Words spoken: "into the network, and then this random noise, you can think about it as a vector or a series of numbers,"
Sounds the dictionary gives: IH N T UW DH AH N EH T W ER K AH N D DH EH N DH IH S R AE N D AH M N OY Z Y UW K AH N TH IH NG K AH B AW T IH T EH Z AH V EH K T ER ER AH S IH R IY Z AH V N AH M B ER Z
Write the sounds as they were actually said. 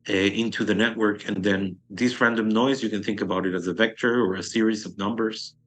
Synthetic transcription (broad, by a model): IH N T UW DH AH N EH T W ER K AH N DH EH N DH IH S R AE N D AH M N OY Z Y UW K AH N TH IH NG K AH B AW T IH T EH Z AH V EH K T ER ER AH S IH R IY Z AH V N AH M B ER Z